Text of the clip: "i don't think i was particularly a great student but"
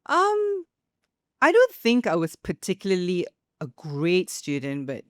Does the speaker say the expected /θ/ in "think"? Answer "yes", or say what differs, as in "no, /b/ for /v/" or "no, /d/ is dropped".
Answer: yes